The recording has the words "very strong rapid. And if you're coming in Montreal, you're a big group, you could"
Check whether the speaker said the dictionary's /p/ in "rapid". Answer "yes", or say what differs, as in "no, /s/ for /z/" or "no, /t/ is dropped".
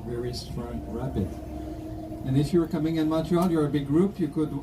no, /b/ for /p/